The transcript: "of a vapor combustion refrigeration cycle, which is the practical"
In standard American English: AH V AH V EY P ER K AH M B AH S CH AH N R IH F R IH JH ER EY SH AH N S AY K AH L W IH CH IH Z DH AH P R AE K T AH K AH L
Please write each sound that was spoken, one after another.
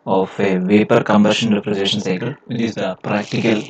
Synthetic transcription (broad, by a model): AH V AH V EY P ER K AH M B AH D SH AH N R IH P R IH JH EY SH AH N S AY K AH L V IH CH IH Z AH P R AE K T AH K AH L